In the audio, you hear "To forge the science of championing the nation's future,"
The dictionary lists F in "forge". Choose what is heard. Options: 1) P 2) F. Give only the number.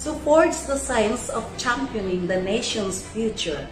1